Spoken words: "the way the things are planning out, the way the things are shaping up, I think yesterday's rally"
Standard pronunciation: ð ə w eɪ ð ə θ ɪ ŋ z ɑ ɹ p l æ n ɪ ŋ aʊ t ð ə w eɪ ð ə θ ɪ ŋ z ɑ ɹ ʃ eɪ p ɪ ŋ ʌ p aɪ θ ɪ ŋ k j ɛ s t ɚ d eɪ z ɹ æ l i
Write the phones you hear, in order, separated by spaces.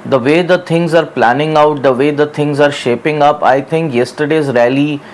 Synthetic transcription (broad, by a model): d ə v eɪ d ə t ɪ ŋ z ɑ ɹ p l æ n ɪ ŋ aʊ t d ə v eɪ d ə t ɪ ŋ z ɑ ɹ ʃ eɪ p ɪ ŋ ʌ p aɪ t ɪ ŋ k j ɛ s t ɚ d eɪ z ɹ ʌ l i